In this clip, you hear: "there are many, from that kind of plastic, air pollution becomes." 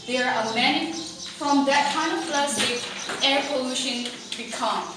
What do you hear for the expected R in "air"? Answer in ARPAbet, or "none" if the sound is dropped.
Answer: R